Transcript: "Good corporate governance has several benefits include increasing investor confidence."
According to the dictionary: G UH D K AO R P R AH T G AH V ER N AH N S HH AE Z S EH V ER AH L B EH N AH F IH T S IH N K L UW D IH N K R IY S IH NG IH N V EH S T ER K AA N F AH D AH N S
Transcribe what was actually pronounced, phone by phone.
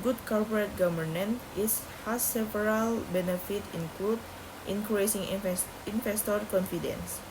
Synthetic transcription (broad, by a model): G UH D K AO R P R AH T G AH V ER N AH N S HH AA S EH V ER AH L B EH N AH F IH T IH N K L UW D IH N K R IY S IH NG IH N F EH S T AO K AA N F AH D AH N S